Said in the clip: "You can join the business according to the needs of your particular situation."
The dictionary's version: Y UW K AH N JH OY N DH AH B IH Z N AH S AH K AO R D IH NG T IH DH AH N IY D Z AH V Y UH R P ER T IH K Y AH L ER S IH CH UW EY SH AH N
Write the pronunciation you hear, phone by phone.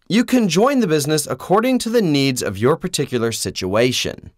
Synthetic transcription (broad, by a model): Y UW K AH N JH OY N DH AH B IH Z N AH S AH K AO R D IH NG T IH DH AH N IY D Z AH V Y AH R P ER T IH K Y L ER S IH CH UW EY SH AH N